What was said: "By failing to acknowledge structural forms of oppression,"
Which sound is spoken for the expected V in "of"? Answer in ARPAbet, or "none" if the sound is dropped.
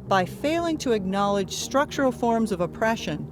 V